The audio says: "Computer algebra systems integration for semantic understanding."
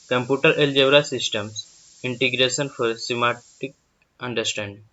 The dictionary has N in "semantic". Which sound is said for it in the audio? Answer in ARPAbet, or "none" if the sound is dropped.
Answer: none